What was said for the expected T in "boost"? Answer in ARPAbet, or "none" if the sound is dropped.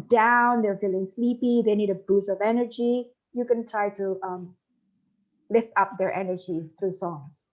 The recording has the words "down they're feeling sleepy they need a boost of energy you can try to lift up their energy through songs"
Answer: none